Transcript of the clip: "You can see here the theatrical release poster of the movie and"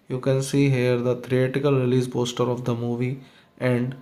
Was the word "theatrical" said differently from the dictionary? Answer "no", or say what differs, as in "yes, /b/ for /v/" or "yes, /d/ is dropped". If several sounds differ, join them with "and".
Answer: yes, /ɹ/ is dropped